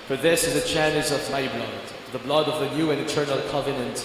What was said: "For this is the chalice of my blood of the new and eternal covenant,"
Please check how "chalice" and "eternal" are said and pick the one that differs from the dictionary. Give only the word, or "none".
chalice